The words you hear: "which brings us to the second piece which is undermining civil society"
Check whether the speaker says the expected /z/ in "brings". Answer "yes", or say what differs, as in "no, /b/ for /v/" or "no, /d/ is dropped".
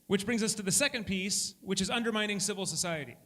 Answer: yes